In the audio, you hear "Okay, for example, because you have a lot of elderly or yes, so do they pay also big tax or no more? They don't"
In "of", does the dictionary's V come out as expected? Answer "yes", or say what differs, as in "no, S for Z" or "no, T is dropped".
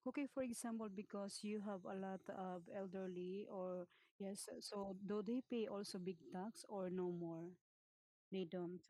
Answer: no, B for V